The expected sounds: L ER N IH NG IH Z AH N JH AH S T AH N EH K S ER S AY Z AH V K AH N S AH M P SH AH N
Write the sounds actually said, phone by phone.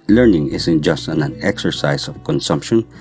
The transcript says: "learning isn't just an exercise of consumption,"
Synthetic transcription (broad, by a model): L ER N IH NG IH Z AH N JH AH S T AH N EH K S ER S AY S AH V K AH N S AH M P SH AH N